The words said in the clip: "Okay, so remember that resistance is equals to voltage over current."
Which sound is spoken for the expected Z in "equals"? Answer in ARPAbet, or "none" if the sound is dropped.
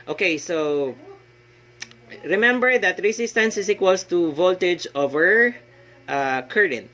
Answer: S